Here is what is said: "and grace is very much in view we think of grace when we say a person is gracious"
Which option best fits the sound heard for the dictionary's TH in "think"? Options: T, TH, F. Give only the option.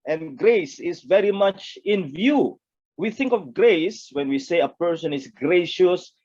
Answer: TH